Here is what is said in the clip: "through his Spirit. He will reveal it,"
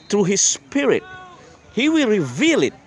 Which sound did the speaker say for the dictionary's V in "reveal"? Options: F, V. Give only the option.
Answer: V